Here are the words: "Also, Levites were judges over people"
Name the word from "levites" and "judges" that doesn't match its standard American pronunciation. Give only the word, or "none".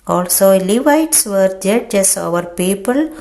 judges